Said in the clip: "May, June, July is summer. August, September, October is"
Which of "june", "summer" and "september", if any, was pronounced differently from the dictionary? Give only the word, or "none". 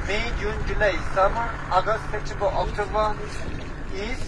september